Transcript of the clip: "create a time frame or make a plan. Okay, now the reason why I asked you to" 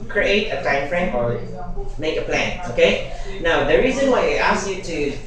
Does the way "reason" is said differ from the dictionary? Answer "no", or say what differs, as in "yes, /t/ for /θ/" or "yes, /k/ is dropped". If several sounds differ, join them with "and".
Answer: no